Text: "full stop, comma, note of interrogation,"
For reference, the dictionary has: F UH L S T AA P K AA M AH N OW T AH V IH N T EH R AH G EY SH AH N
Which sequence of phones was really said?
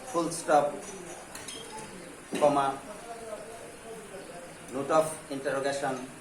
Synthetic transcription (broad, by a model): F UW L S T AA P K AA M AH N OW T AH P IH N T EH R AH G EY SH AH N